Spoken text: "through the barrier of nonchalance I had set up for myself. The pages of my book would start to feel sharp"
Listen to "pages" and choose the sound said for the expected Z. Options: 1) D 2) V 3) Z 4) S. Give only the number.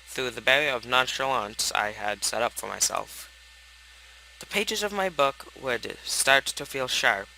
3